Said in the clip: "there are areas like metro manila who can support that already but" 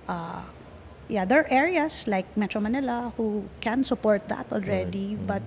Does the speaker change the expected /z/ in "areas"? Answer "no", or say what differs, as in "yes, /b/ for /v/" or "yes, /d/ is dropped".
yes, /s/ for /z/